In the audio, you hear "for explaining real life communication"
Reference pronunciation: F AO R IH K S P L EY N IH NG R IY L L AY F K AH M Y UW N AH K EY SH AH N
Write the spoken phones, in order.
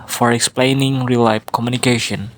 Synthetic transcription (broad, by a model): F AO R IH K S P L EY N IH NG R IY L L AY P K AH M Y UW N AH K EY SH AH N